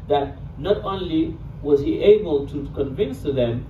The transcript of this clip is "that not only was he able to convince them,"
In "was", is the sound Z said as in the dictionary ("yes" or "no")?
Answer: yes